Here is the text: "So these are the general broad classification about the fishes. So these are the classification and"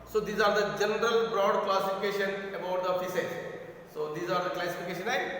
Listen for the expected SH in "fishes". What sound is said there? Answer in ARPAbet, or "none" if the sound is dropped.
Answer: S